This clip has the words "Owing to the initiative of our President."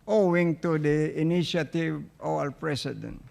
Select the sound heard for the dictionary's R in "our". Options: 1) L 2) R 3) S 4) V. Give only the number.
1